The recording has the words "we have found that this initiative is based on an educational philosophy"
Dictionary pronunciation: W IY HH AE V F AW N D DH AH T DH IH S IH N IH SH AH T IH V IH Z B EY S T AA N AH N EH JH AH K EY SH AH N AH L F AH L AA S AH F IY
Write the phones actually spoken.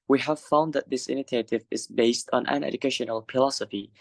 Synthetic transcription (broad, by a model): W IY HH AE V F AW N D DH AH T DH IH S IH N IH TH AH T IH V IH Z B EY S T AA N AH N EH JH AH K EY SH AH N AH L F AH L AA S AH F IY